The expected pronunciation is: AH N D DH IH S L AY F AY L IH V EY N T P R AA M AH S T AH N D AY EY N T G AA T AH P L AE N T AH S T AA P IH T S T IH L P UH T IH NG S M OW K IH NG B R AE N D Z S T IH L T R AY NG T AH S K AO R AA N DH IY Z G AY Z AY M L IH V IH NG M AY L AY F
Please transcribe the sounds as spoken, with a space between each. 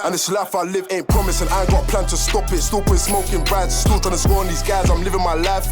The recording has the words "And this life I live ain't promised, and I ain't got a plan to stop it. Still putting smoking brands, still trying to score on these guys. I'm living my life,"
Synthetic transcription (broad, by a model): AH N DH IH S L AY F AY L IH V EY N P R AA M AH S AH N AY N G AA T P L AE N T AH S T AA P IH T S T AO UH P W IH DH S M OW K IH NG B R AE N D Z S T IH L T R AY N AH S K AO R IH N DH IY Z G AY Z AY M L IH V IH NG M AY L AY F